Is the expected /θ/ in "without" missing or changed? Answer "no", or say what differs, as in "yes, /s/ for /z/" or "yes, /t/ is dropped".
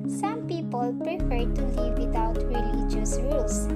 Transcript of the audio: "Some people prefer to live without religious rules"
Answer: yes, /t/ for /θ/